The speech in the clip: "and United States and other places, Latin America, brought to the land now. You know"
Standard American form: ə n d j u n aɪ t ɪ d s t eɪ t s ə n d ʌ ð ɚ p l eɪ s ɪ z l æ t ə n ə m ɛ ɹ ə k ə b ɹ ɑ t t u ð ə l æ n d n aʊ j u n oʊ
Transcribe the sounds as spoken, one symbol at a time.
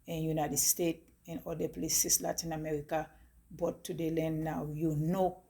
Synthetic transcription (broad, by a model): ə n j u n aɪ t ɪ d s t eɪ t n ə l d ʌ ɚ p l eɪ s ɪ s l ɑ t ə n ə m ɛ ɹ ə k ə b ɑ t t u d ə l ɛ n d n aʊ j u n oʊ